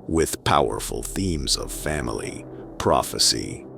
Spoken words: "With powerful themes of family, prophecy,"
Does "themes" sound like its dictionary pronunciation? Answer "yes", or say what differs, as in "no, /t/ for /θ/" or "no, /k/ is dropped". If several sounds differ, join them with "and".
yes